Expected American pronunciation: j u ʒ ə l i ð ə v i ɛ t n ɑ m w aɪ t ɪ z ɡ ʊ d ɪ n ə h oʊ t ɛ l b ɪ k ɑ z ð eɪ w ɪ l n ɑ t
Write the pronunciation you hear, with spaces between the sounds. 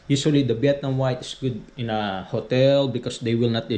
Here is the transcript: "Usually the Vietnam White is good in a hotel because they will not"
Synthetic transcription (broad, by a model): j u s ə l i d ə b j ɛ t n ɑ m w aɪ t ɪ s ɡ ʊ d ɪ n ə h oʊ t ɛ l b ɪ k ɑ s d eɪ w ɪ l n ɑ t